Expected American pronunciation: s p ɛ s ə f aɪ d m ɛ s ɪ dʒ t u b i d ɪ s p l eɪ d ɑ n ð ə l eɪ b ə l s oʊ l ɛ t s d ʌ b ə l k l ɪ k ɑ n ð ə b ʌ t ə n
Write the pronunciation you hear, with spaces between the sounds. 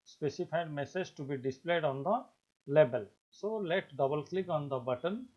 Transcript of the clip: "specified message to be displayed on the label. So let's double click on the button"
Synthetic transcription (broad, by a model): s p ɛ s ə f aɪ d m ɛ s ɪ dʒ t u b i d ɪ s p l eɪ d ɑ n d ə l eɪ b ə l s oʊ l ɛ t d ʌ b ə l k l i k ɑ n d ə b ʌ t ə n